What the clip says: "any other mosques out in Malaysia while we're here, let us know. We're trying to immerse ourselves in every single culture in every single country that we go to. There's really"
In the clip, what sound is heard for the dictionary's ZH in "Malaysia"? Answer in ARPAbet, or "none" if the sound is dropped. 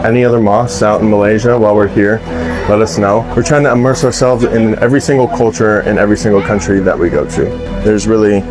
ZH